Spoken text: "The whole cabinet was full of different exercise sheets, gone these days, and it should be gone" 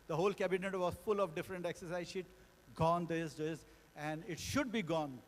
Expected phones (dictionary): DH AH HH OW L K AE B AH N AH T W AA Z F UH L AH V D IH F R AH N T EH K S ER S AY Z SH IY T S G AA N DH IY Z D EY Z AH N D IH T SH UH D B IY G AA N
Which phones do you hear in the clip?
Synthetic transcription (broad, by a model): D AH HH OW L K AE B AH N AH T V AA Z F UH L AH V D IH F R AH N T EH K S ER S AY Z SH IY T G AA N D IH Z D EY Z AH N D IH T SH UH D B IY G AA N